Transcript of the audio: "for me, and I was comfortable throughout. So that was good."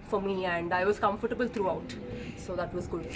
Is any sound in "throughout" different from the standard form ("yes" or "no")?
yes